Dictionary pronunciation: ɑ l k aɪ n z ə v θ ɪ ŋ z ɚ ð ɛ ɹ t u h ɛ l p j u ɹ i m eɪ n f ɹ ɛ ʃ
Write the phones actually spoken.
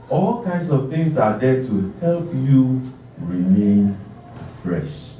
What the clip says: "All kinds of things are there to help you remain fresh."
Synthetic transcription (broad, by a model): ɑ l k aɪ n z ə v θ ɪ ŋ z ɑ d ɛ t u h ɛ l p j u ɹ i m eɪ n f ɹ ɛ ʃ